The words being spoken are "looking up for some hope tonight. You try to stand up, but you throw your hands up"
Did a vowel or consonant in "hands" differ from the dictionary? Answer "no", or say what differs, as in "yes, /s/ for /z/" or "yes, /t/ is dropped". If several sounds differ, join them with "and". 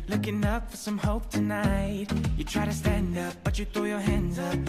no